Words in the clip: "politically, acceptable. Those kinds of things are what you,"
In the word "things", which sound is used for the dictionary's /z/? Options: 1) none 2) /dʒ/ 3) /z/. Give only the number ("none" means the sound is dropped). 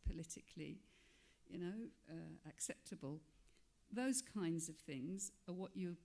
3